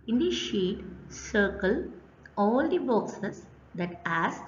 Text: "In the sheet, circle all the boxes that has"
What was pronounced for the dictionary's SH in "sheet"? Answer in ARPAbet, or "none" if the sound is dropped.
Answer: SH